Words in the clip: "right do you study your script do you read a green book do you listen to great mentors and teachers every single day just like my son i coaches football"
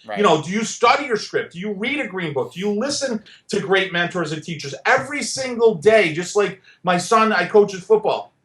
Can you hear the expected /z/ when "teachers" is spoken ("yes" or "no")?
yes